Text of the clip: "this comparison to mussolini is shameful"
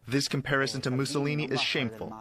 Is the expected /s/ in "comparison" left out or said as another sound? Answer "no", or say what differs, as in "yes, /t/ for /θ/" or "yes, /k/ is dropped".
no